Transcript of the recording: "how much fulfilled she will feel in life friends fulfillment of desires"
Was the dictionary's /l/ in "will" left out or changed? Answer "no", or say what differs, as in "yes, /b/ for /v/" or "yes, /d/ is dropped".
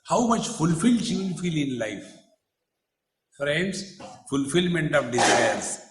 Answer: yes, /n/ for /l/